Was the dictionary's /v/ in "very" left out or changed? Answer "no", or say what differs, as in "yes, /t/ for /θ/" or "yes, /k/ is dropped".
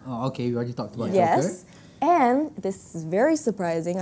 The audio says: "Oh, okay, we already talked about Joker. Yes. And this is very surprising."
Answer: no